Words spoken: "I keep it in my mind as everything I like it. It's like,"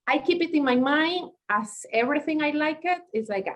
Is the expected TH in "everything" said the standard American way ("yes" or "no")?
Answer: yes